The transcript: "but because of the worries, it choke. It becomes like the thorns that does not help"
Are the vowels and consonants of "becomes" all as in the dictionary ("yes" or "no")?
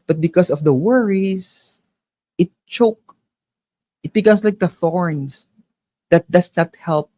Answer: no